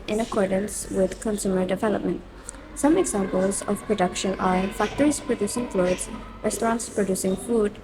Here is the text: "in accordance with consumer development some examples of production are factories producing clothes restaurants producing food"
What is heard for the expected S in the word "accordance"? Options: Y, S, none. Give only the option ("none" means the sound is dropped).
S